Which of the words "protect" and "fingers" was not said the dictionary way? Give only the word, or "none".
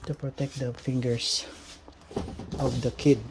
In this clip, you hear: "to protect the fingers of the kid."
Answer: fingers